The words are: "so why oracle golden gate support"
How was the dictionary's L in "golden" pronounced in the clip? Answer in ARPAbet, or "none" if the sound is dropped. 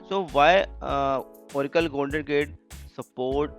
N